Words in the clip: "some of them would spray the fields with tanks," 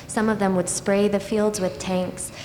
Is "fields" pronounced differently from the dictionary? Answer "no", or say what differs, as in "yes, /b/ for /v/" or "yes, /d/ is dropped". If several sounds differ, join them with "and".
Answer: no